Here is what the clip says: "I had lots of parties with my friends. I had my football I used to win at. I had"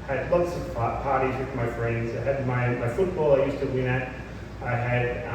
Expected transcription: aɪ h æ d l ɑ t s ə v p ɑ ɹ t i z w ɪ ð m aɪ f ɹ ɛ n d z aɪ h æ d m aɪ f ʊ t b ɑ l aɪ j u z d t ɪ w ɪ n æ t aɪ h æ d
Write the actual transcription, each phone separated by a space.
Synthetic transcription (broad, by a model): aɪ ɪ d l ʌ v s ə p p ɑ ɹ t i z w ɪ ð m aɪ f ɹ ɛ n d z aɪ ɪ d m aɪ f ʊ t b ɑ l aɪ j u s t ɪ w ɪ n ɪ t aɪ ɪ d